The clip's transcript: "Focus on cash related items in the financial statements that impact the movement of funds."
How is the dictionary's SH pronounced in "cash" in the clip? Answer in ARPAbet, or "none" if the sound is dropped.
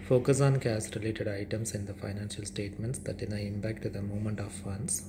S